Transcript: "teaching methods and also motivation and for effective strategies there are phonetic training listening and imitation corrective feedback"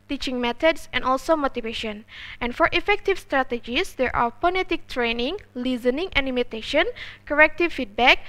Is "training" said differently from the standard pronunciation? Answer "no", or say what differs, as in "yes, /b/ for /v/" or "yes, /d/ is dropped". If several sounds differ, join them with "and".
no